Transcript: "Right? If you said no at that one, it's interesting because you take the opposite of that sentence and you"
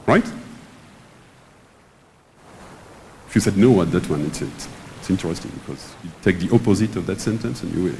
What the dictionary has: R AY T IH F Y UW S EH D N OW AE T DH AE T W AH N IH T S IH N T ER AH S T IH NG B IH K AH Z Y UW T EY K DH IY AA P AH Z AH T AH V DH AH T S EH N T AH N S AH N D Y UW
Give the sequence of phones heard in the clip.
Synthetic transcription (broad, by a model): R AY T IH F Y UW S EH D N OW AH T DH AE T W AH N IH T S IH N T ER AH S T IH NG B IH K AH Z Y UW T EY K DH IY AA P AH Z AH T AH V DH AH T S EH N T AH N S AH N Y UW